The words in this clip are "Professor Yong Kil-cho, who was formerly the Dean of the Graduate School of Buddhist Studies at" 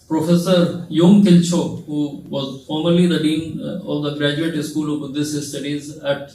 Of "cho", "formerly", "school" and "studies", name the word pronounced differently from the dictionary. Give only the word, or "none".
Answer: none